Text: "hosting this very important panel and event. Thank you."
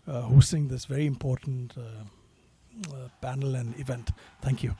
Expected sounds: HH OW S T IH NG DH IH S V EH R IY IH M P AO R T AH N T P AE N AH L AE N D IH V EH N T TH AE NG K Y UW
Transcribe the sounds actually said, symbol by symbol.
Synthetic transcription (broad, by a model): HH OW S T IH NG DH IH S V EH R IY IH M P AO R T N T B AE N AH L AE N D IH V EH N T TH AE NG K Y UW